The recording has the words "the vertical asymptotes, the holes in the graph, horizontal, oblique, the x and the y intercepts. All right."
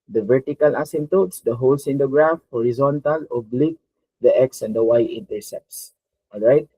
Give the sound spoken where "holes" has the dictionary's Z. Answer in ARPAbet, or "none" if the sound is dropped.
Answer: S